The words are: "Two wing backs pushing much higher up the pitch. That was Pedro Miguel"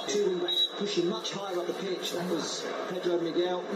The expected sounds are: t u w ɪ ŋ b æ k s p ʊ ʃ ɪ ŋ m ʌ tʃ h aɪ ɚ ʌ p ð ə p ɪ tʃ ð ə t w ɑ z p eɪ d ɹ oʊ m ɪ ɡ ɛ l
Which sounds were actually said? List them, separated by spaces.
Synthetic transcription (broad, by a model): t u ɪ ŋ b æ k p ʊ ʃ ɪ ŋ m ʌ tʃ h aɪ ɚ ʌ p ð ə p ɪ tʃ ð ə t w ɑ z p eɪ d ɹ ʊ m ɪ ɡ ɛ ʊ